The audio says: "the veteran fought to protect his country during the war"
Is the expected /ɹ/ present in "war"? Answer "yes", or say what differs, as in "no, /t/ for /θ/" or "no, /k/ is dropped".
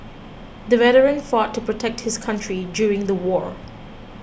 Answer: yes